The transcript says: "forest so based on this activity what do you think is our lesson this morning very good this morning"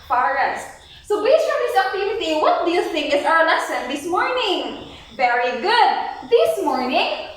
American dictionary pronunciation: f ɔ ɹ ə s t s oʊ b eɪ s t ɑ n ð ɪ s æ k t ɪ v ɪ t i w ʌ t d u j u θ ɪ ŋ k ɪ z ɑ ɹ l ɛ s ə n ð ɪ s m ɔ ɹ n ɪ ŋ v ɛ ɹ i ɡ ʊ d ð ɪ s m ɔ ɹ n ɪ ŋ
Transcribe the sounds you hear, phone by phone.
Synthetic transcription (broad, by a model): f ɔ ɹ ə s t s oʊ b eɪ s ɑ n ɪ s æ t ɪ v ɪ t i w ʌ t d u j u θ ɪ ŋ k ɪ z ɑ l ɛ s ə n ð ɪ s m ɔ ɹ n ɪ ŋ v ɛ ɹ i ɡ ʊ d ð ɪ s m ɔ ɹ n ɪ ŋ